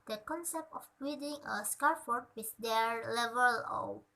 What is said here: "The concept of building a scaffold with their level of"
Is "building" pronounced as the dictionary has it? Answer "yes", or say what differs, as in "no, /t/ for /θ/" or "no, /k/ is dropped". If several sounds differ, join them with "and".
no, /l/ is dropped